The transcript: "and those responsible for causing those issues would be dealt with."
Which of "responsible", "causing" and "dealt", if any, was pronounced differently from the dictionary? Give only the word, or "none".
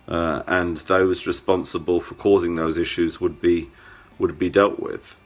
none